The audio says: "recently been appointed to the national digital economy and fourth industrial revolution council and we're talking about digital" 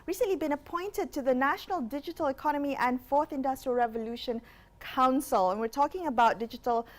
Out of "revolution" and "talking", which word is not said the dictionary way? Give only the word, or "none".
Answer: none